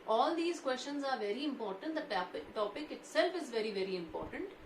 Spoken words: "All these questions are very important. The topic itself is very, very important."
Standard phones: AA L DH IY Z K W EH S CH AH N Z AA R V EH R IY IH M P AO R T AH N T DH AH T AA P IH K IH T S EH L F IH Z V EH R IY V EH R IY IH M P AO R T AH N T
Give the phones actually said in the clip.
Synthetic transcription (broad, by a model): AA L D IY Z K W EH S CH AH N Z AA R V EH R IY IH M P AO R T AH N T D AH T AA P IH K IH T S EH L F IH Z V EH R IY V EH R IY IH M P AO R T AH N T